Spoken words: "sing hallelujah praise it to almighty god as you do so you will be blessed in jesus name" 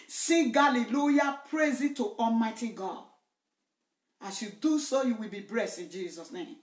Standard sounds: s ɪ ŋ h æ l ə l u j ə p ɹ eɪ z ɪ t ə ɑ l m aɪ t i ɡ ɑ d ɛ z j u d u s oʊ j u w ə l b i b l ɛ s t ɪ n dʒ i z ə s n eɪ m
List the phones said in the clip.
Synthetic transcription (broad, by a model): s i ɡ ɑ l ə l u j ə p ɹ eɪ z ɪ t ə ɑ l m aɪ t i ɡ ɑ d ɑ s j u d u s oʊ j u w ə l b i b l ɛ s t ɪ n dʒ i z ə s n eɪ m